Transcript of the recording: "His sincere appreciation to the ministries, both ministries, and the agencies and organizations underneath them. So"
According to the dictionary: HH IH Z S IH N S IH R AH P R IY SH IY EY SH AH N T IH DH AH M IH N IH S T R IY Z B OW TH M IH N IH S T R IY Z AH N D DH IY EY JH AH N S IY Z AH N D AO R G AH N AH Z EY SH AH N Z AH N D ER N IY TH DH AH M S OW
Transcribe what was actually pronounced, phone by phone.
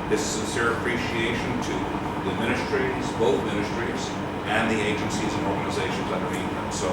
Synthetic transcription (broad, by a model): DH IH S S IH N S IH R AH P R IY SH IY EY SH AH N T IH DH AH M IH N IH S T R IY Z B OW TH M IH N IH S T R IY Z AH N DH IY EY JH AH N S IY Z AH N AO R G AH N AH Z EY SH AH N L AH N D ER IY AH S OW